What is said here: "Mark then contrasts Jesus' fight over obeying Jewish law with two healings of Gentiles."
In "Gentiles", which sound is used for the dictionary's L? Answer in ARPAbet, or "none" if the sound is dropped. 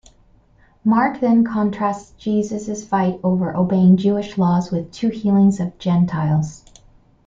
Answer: L